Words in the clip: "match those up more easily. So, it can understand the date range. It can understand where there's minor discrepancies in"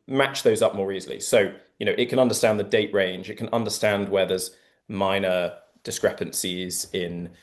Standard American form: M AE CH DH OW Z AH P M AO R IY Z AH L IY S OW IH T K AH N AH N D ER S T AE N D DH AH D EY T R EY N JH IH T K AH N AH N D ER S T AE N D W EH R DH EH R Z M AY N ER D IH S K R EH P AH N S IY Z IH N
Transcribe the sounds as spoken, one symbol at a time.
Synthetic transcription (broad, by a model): M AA CH DH OW Z AH P M AO R IY Z AH L IY S OW IH T K AH N AH N D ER S T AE N DH AH D EY T R EY N JH IH T K AH N AH N D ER S T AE N D W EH DH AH Z M AY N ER D IH S K R EH P AH N S IY Z IH N